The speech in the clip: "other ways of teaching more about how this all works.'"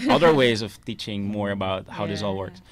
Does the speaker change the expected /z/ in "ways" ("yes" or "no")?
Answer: no